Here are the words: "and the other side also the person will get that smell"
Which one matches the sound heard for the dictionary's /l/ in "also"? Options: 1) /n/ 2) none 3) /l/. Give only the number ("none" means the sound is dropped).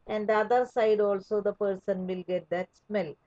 3